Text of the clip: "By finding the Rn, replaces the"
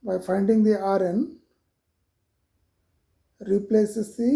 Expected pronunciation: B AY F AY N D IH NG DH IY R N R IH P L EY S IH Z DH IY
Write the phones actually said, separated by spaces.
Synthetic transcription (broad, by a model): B AY F AY N D IH NG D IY R N R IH P L EY S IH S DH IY